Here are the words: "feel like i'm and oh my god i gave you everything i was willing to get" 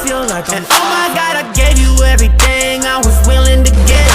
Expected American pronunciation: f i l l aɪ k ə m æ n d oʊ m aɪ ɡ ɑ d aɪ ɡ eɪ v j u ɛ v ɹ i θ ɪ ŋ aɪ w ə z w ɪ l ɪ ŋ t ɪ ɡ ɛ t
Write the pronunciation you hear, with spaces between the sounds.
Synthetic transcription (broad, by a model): f i l l aɪ k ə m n oʊ m aɪ ɡ ɑ d aɪ ɡ eɪ v j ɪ ɛ v ɹ i θ ɪ ŋ aɪ w ə z w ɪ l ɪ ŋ t ɪ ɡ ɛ